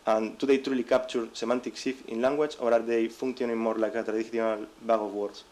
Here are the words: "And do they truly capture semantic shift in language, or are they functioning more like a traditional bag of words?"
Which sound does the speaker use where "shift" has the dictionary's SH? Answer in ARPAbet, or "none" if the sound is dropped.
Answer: S